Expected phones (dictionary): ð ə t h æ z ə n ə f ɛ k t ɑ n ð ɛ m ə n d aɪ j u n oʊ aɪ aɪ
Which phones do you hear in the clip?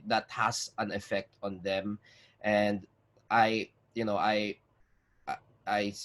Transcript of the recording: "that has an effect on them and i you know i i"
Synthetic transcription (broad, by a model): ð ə t h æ s ə n ə f ɛ k t ɑ n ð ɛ m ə n d aɪ j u n oʊ aɪ aɪ